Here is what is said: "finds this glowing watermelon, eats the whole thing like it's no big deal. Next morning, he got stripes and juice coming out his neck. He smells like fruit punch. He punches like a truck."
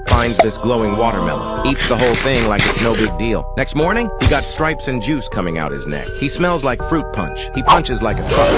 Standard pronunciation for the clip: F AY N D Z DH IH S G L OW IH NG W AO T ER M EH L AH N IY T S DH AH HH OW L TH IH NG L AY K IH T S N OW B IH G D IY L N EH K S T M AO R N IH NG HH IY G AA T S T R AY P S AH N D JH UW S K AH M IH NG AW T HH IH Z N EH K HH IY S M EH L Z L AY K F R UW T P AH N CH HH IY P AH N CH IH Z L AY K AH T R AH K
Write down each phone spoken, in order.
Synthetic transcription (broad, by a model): F AY N D Z DH IH S G L OW IH NG W AO T ER M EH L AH IY T S DH AH HH OW L TH IH NG L AY K IH T S N OW B IH G D IY L N EH K S T M AO R N IH NG HH IY G AA T S T R AY P S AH N JH UW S K AH M IH NG AW T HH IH Z N EH K HH IY S M EH L Z L AY K F R UW T P AH N CH HH IY P AH N CH IH Z L AY K AH T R AH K